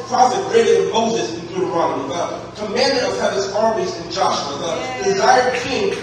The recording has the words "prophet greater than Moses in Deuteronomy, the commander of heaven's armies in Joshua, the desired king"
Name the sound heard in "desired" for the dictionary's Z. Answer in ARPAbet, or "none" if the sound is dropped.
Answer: Z